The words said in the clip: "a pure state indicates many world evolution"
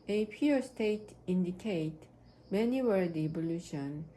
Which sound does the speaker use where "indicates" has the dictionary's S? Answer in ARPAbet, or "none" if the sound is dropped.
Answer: none